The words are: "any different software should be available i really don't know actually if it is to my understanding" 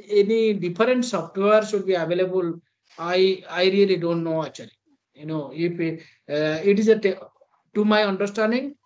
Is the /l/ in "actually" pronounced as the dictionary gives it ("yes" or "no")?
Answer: no